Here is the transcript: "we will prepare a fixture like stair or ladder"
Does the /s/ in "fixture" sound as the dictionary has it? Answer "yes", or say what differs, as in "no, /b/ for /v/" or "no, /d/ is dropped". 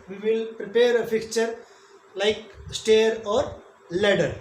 no, /s/ is dropped